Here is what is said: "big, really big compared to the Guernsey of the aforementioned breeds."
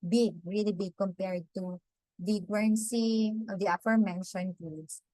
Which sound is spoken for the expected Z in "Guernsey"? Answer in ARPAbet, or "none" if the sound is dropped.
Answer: S